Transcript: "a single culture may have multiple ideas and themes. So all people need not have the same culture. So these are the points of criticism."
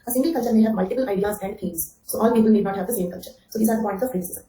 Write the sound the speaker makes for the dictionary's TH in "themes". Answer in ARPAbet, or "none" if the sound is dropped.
F